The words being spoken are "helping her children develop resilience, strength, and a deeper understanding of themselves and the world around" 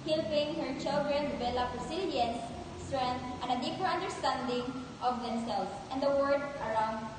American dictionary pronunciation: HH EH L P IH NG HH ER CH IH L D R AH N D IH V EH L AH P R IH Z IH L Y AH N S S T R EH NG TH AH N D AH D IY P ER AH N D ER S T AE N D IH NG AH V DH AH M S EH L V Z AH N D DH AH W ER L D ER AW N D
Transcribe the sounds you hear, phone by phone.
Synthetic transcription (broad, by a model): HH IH L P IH NG HH ER CH IH L D R AH N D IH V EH L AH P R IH S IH L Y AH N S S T R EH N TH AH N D AH D IY P ER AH N D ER S T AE N D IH NG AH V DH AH M S EH L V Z AH N D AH W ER D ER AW N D